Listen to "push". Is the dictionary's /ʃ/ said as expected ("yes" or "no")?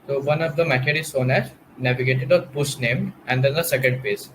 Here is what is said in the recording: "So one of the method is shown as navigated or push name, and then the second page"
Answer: no